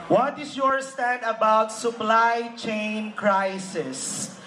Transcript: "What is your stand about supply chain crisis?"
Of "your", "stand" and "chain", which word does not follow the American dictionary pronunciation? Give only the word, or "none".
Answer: stand